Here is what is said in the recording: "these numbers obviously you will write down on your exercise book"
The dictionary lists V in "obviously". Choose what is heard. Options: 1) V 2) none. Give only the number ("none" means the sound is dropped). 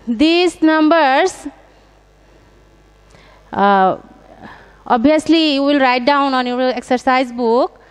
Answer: 2